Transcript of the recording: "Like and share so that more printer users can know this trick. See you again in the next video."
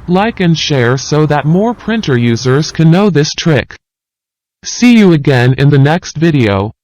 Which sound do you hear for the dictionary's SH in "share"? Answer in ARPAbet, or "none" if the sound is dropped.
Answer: SH